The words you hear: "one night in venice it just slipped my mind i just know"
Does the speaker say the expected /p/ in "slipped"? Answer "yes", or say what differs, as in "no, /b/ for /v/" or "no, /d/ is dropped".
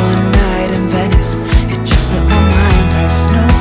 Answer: no, /p/ is dropped